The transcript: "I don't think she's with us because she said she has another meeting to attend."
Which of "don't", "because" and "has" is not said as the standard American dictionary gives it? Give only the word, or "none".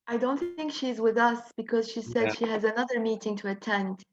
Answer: none